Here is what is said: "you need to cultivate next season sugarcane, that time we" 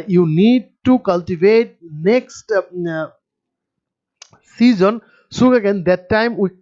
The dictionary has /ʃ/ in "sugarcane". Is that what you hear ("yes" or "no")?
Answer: no